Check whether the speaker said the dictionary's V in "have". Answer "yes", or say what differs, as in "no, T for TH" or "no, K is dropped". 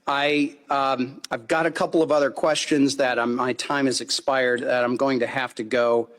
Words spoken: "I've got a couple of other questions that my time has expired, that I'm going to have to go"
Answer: no, F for V